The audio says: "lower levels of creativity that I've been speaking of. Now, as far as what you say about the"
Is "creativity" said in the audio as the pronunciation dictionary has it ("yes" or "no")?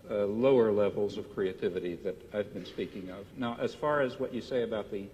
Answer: yes